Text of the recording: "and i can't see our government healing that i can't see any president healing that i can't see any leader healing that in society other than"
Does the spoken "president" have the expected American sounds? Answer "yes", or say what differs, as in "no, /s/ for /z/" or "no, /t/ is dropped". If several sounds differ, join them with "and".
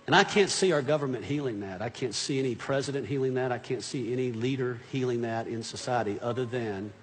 yes